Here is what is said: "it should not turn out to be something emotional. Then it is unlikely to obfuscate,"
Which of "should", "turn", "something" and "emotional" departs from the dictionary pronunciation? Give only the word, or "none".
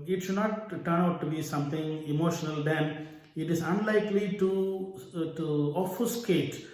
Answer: something